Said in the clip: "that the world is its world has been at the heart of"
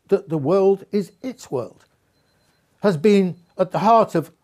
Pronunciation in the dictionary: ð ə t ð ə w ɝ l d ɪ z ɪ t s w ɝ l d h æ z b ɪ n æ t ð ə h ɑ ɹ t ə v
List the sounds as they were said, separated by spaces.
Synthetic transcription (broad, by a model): ð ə t ð ə w ɝ l d ɪ z ɪ t s w ɝ l d h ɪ z b ɪ n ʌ t ð ə h ɑ ɹ t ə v